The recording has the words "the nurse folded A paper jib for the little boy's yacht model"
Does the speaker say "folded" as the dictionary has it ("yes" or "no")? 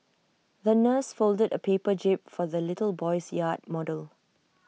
yes